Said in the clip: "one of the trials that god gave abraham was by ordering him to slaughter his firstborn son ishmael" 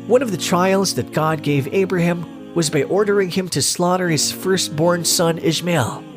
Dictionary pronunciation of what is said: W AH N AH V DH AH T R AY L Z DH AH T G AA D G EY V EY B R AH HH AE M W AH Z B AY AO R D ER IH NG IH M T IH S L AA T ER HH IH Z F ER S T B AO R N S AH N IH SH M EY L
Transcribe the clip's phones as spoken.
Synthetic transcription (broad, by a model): W AH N AH V DH AH T R AY L Z DH AH T G AA D G EY V EY B R AH HH AE M W AH Z B AY AO R D ER IH NG IH M T IH S L AA T ER HH IH Z F ER S T B AO R N S AH N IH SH M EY L